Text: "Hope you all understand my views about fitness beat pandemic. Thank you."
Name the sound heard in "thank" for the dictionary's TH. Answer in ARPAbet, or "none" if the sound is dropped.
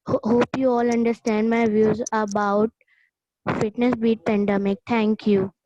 T